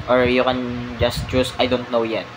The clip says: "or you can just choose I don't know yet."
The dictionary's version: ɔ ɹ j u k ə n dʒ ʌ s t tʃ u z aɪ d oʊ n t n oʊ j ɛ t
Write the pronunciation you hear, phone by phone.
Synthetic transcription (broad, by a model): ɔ ɹ j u k ə n dʒ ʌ s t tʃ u s aɪ d oʊ n t n oʊ j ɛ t